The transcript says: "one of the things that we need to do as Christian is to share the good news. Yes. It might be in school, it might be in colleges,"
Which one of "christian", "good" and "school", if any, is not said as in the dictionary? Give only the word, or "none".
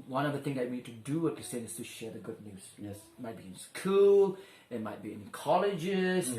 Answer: christian